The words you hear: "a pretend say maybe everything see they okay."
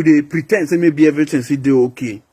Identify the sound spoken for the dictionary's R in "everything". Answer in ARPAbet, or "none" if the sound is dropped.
none